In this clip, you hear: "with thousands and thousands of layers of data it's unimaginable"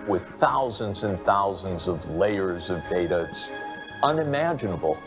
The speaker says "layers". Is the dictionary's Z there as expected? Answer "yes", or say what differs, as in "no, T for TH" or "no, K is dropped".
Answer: yes